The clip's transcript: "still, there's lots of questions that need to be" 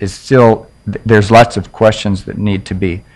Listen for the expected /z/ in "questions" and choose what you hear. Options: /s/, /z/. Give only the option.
/z/